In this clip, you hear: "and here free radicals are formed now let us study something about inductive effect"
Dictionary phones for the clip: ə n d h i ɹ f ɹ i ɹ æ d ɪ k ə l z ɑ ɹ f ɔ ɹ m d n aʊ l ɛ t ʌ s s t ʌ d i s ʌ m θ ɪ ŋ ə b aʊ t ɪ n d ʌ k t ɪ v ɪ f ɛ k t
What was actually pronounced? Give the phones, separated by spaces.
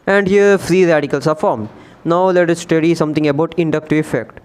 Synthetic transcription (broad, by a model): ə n d h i ɹ f ɹ i ɹ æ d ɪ k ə l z ɑ ɹ f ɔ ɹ m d n aʊ l ɛ t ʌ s s t ʌ d i s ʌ m t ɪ ŋ ə b aʊ t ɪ n d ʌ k t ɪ ɪ f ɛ k t